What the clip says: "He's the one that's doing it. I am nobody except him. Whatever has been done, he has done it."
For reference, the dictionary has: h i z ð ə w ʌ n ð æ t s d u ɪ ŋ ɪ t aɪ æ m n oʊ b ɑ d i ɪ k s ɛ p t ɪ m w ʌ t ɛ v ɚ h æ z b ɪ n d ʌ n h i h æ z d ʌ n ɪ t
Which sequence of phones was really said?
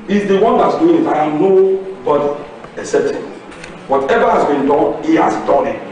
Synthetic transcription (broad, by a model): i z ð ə w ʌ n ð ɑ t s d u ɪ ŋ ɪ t aɪ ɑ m n oʊ b ɑ d i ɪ s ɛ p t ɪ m w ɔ t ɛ v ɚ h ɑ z b ɪ n d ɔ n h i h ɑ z d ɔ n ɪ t